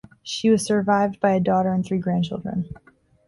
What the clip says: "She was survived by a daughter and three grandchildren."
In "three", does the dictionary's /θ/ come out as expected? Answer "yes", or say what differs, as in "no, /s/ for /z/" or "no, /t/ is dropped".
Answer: yes